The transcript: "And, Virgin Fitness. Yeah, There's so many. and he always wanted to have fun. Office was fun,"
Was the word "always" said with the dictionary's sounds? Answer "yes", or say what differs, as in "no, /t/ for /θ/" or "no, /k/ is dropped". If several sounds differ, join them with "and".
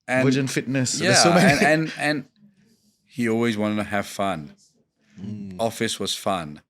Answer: yes